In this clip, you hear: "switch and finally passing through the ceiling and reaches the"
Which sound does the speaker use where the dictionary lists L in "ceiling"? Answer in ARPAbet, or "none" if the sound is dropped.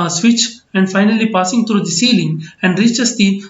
L